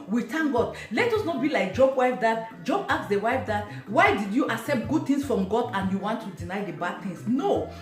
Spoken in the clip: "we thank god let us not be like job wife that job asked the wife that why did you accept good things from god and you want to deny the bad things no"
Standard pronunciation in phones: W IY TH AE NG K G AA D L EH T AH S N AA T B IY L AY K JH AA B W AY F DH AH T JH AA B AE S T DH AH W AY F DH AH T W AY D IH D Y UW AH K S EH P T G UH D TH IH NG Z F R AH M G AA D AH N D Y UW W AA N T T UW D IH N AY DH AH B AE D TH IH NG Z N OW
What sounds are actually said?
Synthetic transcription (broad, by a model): W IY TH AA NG G AA D L EH T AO S N AA T B IY L AY K JH AA B W AY F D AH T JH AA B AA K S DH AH W AY F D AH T W AY D IH D Y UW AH S EH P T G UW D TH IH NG S F R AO M G AA D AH N Y UW W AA N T T UW D IH N AY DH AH B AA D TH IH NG S N OW